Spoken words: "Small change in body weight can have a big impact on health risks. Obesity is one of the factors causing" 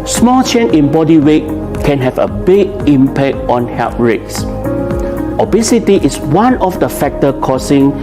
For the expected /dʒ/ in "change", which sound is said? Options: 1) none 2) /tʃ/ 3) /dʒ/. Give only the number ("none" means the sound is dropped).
1